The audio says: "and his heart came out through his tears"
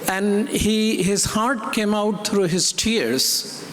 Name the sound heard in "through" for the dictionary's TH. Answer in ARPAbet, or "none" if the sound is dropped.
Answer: T